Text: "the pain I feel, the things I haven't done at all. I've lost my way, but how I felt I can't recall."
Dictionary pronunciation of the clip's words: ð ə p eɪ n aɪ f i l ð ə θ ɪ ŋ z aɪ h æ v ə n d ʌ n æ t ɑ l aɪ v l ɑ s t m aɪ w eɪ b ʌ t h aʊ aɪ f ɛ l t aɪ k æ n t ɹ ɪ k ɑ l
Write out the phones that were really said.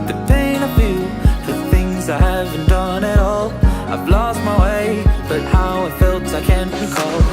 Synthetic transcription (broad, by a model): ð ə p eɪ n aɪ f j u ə θ ɪ ŋ z aɪ h æ v ə n d ʌ n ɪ t ɑ l aɪ v l ɑ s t m aɪ w eɪ b ʌ t h aʊ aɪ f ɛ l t aɪ k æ n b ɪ k ɑ l